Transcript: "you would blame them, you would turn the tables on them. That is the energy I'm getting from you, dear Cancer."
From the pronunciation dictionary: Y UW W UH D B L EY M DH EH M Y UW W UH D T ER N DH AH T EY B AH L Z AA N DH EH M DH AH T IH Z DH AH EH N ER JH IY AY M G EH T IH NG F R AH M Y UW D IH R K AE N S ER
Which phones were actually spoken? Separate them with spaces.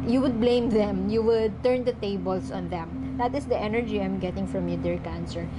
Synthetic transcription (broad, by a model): Y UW W UH D B L EY M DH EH M Y UW W UH D T ER N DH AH T EY B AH L S AA N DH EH M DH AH T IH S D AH EH N ER JH IY AY M G EH T IH NG F R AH M Y UW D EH R K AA N S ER